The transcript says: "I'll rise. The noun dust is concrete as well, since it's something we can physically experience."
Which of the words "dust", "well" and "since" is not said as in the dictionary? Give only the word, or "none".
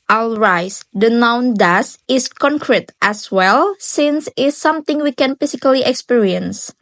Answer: dust